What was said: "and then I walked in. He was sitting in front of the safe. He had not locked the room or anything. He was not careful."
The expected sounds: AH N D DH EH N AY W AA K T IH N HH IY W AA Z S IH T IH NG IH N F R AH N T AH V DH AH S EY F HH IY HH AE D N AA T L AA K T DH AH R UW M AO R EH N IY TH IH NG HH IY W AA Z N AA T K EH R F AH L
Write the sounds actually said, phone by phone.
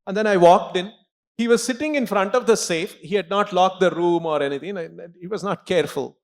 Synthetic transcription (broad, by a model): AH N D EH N AY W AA K T IH N HH IY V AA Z S IH T IH NG IH N F R AH N T AH V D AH S EY F HH IY HH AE D N AA T L AA K T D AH R UW M AO R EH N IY T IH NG HH IY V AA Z N AA T K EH R F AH L